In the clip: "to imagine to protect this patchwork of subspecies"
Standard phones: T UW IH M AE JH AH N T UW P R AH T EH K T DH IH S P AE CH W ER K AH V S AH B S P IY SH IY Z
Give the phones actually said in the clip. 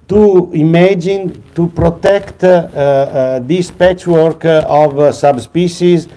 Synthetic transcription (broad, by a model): T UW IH M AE JH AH N T UW P R AH T EH K T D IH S P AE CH W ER K AH V S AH B S P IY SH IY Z